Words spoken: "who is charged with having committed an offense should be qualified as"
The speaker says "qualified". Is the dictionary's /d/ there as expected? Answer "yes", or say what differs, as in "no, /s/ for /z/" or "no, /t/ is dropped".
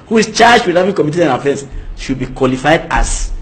yes